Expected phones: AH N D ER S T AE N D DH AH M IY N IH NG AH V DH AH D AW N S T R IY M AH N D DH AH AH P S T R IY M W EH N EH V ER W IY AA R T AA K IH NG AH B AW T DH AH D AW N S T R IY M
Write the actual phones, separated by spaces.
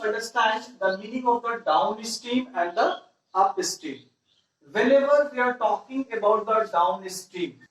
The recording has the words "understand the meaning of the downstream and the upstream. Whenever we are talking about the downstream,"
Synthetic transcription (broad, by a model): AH N D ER S T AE N D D AH M IY N IH NG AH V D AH D AW N S T IY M AH N D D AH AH P S T IY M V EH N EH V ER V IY AA R T AA K IH NG AH B AW T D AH D AW N S T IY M